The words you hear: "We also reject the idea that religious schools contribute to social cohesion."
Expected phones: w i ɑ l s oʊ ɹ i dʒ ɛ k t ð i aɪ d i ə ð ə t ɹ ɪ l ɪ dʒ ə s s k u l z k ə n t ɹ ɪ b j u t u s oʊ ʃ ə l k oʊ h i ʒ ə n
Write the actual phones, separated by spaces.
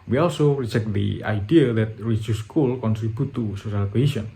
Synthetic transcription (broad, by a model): w i ɑ l s oʊ ɹ i dʒ ɛ k t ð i aɪ d i ə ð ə t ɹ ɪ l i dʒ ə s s k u l k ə n t ɹ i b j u t u s oʊ ʃ ə l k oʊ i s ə n